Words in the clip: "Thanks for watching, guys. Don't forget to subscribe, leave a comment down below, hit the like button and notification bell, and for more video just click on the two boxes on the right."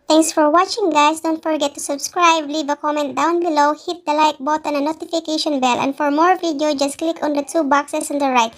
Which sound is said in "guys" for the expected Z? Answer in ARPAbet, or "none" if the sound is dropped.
S